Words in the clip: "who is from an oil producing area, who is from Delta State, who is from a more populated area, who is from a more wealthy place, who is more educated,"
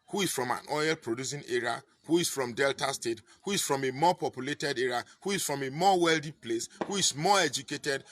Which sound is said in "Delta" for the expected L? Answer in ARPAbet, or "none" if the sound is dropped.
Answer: L